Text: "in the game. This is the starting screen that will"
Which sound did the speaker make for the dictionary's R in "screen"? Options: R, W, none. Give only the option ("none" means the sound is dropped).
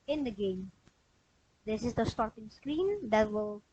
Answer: R